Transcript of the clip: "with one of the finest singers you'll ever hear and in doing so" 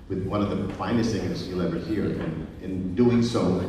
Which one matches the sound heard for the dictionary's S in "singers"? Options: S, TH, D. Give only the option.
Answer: TH